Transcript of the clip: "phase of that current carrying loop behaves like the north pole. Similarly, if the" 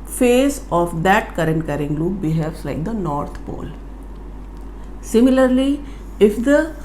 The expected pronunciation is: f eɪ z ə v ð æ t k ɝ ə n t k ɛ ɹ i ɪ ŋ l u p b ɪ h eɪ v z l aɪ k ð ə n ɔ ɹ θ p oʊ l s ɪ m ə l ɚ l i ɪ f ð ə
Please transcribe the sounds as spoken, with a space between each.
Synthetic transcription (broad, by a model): f eɪ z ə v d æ t k ɝ ə n t k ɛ ɹ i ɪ ŋ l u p b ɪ h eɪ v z l aɪ k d ə n ɔ ɹ t p oʊ l s ɪ m ə l ɚ l i ɪ f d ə